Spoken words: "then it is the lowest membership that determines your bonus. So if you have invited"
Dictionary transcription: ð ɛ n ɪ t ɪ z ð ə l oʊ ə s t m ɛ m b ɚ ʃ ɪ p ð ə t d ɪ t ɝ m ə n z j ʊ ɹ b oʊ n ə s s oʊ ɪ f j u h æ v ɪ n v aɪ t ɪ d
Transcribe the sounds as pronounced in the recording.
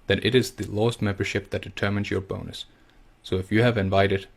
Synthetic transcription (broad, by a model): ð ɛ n ɪ t ɪ z ð ə l oʊ ə s t m ɛ m b ɚ ʃ ɪ p ð ə t d ɪ t ɝ m ə n z j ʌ ɹ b oʊ n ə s s oʊ ɪ f j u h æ v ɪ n v aɪ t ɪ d